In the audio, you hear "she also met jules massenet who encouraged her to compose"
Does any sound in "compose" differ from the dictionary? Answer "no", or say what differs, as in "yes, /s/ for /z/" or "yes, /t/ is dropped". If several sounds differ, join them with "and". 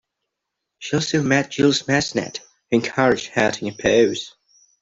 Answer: yes, /m/ is dropped